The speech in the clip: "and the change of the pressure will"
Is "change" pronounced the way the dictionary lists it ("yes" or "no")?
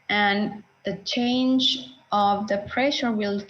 yes